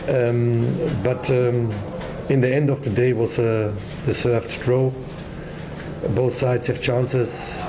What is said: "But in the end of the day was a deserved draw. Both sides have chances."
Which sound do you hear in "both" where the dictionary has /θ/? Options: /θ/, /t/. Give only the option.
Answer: /θ/